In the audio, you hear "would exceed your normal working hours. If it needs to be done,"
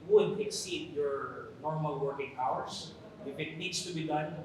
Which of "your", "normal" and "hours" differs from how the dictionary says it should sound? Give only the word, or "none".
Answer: hours